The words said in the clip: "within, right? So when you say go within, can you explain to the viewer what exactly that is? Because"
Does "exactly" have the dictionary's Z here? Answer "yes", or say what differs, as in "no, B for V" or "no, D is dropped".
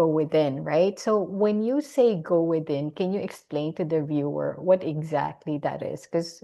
yes